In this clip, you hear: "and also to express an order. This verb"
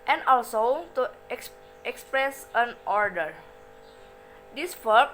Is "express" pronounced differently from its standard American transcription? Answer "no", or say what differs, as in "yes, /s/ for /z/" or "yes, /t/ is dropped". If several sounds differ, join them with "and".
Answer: no